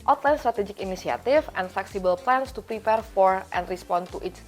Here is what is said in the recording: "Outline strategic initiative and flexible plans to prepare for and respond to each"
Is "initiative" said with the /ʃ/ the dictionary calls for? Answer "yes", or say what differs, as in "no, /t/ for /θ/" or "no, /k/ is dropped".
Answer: no, /s/ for /ʃ/